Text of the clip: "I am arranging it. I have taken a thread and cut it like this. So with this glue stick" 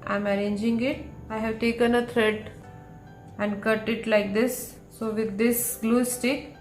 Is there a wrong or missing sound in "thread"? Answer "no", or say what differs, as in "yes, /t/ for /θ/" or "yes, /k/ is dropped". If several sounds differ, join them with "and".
yes, /t/ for /θ/